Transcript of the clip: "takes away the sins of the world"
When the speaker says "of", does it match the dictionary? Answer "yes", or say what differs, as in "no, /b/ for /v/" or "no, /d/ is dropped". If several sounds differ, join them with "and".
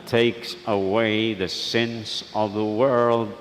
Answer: yes